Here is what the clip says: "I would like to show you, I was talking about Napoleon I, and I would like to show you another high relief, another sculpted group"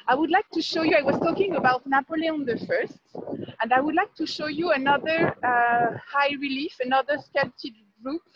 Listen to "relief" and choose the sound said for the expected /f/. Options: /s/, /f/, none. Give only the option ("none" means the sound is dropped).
/f/